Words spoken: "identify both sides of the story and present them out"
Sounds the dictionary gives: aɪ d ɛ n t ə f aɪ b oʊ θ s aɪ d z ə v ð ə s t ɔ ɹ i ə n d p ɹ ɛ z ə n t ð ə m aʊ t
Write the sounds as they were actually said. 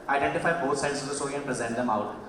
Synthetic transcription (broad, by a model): aɪ d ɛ n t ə f aɪ b oʊ t s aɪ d s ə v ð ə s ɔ i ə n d p ɹ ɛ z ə n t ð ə m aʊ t